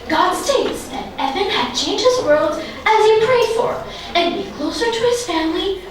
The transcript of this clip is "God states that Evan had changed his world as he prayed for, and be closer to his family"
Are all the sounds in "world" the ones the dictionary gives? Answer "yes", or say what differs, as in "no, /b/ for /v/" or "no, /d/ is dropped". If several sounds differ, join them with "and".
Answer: yes